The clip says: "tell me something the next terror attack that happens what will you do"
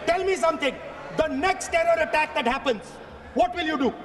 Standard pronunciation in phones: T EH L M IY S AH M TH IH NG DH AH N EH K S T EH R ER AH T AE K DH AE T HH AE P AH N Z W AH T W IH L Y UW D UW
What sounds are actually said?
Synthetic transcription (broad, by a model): T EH L M IY S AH M T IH NG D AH N EH K S T EH R ER AH T AE K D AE T HH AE P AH N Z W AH T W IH L Y UW D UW